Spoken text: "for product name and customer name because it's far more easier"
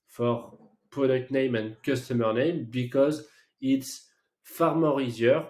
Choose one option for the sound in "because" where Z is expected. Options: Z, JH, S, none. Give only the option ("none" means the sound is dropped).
Z